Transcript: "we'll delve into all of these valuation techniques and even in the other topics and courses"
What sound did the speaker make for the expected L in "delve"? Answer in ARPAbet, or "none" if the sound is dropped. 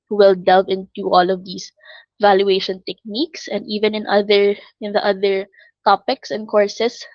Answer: L